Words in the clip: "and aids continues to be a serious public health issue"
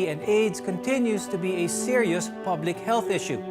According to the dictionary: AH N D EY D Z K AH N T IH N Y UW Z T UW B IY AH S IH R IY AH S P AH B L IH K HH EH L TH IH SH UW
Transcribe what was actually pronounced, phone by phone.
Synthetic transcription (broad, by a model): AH N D EY D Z K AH N T IH N Y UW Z T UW B IY AH S IH R IY AH S P AH B L IH K HH EH L TH IH SH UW